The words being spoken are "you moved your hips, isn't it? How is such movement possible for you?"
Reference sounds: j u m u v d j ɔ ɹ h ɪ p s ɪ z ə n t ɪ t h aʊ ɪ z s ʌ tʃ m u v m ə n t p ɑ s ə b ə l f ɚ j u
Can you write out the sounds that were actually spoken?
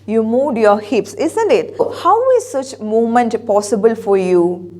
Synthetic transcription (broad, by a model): j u m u d j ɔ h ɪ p s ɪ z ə n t ɪ t h aʊ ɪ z s ʌ tʃ m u m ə n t p ɑ s ə b ə l f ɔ j u